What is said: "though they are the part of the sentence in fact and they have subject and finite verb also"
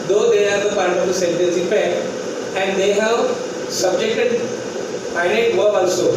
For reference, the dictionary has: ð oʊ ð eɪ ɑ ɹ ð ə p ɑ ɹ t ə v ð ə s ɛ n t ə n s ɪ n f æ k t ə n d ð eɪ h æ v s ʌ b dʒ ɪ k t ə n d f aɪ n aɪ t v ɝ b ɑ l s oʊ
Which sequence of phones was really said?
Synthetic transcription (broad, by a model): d oʊ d eɪ ɑ ɹ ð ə p ɑ ɹ t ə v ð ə s ɛ n t ə n s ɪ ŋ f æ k ə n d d eɪ h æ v s ʌ b dʒ ɪ k t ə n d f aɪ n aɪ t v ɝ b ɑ l s oʊ